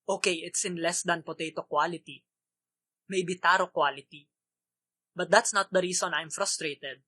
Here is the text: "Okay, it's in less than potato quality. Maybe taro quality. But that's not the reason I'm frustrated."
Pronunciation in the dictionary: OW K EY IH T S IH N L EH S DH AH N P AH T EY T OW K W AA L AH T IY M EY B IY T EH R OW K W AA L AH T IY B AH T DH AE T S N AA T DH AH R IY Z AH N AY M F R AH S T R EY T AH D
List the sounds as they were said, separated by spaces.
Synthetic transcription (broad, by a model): OW K EY IH T S IH N L EH S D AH N P AH T EY T OW K W AA L AH T IY M EY B IY T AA R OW K W AA L AH T IY B AH T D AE T S N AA T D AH R IY S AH N AY M F R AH S T R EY T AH D